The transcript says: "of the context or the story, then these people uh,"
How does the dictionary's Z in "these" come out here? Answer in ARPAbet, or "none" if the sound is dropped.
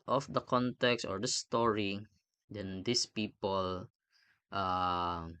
S